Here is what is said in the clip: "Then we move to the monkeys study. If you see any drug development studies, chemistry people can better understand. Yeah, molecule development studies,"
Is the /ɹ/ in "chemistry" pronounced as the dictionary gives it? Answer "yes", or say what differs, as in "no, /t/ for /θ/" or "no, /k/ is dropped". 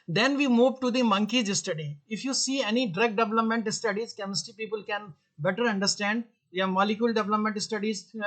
no, /ɹ/ is dropped